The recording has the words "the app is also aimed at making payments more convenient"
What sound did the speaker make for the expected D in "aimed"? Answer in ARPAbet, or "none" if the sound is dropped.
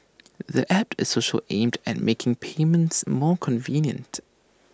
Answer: D